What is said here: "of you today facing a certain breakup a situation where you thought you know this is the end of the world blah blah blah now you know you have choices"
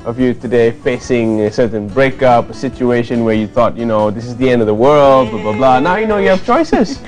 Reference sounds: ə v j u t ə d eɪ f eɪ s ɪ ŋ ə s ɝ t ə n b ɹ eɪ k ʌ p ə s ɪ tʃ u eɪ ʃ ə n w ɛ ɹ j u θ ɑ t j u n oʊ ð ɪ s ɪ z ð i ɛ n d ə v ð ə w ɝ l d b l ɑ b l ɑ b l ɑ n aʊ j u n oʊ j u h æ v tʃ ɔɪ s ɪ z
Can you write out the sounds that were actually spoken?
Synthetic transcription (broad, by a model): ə v j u t ə d eɪ f eɪ s ɪ ŋ ə s ɝ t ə n b ɹ eɪ k ʌ p ə s ɪ tʃ u eɪ ʃ ə n w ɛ ɹ j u θ ɑ t j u n oʊ ð ɪ s ɪ z ð i ɛ n d ə v ð ə w ɝ l d b l ɑ b l ɑ b l ɑ n aʊ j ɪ n oʊ j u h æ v tʃ ɔɪ s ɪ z